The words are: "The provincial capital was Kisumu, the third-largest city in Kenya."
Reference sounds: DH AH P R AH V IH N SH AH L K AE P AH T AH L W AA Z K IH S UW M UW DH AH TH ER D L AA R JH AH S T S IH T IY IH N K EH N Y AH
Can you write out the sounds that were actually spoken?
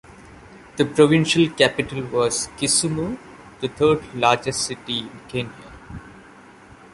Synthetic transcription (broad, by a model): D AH P R AH V IH N SH AH L K AE P AH T AH L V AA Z K IH S UW M UW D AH T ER D L AA R JH AH S T S IH T IY IH N K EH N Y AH